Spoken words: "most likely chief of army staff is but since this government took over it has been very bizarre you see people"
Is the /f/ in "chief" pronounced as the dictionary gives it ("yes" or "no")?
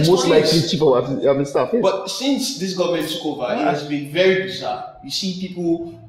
no